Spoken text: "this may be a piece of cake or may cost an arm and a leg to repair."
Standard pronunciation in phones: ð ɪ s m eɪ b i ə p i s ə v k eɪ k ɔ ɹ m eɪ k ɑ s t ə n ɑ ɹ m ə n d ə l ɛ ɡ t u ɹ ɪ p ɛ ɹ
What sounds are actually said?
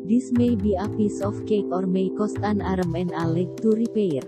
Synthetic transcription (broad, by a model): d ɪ s m eɪ b i ə p i s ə f k eɪ k ɔ ɹ m eɪ k ɑ s t ə n ɑ ɹ m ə n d ə l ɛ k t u ɹ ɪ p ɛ ɹ